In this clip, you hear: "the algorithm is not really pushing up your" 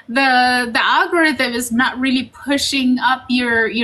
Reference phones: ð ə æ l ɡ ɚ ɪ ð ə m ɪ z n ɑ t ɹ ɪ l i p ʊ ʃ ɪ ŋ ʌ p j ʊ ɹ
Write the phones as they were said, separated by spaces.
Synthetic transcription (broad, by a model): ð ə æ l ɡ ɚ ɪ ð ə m ɪ z n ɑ t ɹ ɪ l i p ʊ ʃ ɪ ŋ ʌ p j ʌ ɹ